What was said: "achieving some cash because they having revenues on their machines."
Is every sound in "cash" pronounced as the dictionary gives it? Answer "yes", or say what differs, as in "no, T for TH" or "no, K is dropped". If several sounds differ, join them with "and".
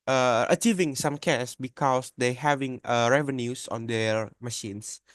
no, S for SH